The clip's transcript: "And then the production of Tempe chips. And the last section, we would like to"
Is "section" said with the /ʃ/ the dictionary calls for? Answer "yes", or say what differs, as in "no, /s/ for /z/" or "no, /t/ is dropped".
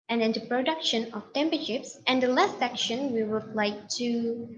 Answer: yes